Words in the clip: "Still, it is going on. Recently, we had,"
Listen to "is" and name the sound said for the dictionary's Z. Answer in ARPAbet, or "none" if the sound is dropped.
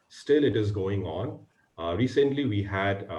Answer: Z